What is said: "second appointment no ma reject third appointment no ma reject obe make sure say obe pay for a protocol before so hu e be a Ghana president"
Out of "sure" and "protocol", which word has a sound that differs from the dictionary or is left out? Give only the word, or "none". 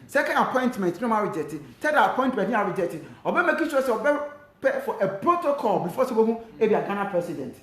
sure